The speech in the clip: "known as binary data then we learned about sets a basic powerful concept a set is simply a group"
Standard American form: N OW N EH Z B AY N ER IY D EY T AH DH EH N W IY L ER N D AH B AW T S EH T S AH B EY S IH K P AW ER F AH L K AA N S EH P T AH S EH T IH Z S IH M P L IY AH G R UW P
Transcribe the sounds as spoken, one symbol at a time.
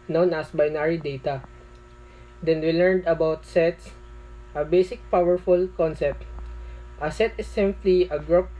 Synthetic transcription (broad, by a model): N OW N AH S B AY N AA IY D EY T AH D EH N W IY L ER N D AH B AW T S EH T S AH B EY S IH K P AW ER F AH L K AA N S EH P T AH S EH T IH S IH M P L IY AH G R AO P